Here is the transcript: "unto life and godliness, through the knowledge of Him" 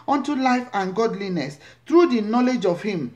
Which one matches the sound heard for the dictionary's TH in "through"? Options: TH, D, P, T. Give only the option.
T